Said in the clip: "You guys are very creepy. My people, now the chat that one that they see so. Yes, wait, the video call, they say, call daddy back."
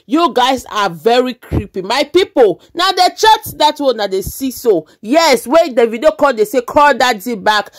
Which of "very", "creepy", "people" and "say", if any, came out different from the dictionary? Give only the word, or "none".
none